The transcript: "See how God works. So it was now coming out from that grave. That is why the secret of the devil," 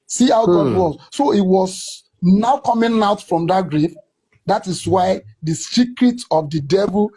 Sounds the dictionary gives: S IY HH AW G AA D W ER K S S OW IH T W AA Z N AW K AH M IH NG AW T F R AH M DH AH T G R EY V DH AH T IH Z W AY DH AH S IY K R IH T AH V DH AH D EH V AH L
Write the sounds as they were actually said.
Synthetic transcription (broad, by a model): S IY HH AW G AA D W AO S S OW IH T W AA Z N AW K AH M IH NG AW T F R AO M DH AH T G R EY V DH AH T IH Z W AY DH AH S IY K R IH T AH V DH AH D EH V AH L